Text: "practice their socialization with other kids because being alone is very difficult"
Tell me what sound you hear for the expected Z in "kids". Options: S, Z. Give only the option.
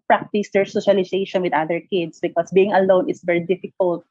S